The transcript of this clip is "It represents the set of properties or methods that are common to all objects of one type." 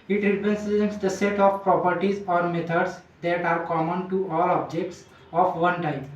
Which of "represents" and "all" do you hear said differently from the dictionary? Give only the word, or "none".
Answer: represents